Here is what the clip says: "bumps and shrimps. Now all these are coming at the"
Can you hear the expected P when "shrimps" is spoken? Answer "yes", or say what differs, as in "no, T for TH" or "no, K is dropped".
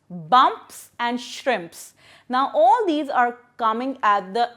yes